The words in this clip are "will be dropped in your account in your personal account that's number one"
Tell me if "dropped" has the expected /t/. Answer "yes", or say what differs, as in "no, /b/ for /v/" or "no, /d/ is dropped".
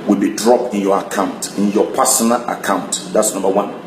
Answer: yes